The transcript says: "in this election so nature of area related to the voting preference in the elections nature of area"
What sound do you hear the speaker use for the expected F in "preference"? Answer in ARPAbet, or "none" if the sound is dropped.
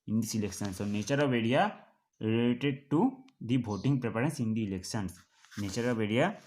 P